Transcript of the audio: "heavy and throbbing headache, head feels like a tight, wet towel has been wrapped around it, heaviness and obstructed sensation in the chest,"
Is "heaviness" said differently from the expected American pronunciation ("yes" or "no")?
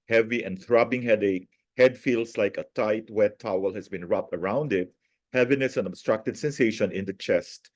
no